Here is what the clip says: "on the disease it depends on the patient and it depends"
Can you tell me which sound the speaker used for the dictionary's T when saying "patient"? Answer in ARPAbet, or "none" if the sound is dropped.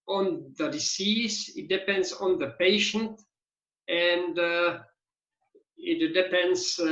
T